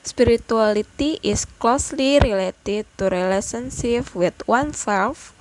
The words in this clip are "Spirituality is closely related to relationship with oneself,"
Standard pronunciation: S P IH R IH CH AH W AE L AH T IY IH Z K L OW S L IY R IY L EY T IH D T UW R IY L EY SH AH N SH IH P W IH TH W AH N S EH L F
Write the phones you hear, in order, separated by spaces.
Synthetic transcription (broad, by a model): S P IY R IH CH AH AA L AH T IY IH S K L OW S L IY R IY L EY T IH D T UW R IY L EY S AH N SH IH F W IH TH W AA N S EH L F